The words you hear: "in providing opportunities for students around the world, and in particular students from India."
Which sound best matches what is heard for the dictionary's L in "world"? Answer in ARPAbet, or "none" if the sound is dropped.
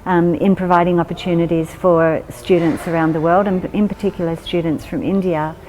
L